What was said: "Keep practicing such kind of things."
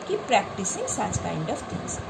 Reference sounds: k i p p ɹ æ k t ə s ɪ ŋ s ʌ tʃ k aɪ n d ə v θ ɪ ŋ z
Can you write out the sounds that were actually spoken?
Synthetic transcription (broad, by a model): k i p p ɹ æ k t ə s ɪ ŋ s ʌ s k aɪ n d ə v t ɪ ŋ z